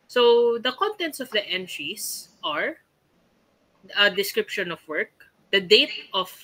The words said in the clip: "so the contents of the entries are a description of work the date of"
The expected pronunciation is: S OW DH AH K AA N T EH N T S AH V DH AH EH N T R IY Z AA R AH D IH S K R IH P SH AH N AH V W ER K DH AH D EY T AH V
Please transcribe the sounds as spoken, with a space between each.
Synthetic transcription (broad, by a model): S OW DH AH K AA N T EH N T S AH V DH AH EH N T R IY S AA R AH D IH S K R IH P SH AH N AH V W ER K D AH D EY T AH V